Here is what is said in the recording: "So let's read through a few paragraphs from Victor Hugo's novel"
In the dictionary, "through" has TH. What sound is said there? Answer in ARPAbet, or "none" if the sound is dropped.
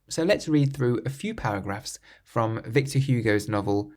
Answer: TH